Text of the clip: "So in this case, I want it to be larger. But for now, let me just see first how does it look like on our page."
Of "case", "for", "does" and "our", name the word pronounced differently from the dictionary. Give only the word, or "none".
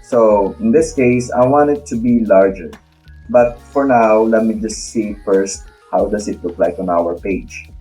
does